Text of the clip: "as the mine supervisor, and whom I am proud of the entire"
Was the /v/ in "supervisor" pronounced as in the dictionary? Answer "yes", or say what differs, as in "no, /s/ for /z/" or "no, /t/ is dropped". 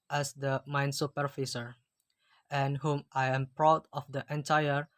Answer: no, /f/ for /v/